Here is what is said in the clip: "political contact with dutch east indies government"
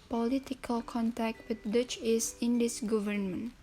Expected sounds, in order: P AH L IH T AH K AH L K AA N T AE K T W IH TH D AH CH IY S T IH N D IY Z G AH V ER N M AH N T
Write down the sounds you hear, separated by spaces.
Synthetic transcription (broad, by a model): P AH L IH T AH K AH L K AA N T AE K T W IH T D AH CH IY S IH N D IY S G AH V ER N M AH N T